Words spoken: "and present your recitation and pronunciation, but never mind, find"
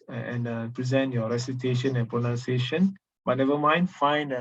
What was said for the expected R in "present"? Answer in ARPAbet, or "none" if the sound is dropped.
R